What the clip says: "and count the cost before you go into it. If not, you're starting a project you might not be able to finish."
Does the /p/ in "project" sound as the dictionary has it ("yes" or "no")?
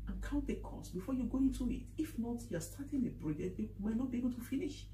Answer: no